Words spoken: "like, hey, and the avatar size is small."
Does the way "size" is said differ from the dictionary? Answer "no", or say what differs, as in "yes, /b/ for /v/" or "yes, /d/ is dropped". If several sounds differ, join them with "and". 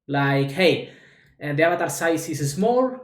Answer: yes, /s/ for /z/